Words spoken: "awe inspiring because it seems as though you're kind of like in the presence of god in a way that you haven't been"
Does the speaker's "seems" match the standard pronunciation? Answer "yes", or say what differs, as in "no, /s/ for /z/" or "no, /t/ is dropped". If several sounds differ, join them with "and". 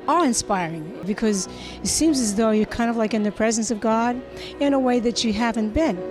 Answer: yes